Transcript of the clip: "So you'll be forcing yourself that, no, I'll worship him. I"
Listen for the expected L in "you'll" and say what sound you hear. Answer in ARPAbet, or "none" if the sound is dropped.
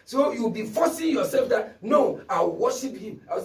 W